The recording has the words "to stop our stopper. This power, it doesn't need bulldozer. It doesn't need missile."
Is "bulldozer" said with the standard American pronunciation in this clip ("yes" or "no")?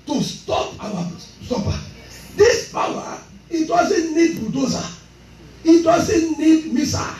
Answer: no